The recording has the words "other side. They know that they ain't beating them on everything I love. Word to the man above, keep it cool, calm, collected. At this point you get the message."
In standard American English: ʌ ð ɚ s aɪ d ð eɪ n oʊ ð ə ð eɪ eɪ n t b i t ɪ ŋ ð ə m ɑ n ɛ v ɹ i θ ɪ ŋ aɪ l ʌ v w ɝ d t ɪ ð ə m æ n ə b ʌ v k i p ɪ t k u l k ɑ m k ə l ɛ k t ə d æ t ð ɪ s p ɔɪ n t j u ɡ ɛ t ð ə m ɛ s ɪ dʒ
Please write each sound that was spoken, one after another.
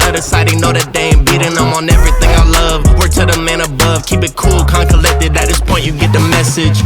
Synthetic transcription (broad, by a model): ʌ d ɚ s aɪ d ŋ n oʊ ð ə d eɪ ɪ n b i t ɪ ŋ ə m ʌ n ɛ v ɹ i θ ɪ ŋ aɪ l ʌ v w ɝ t ɪ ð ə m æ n ə b ʌ v k i p ɪ t k u l k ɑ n k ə l ɛ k t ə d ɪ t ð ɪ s p ɔɪ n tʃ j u ɡ ɛ t ð ə m ɛ s ɪ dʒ